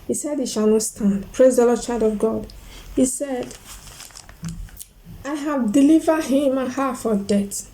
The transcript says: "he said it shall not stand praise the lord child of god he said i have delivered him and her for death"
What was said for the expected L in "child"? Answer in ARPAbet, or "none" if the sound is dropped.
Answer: none